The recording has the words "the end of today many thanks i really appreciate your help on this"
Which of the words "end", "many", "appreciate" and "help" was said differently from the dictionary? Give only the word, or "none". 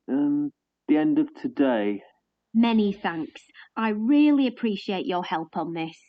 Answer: none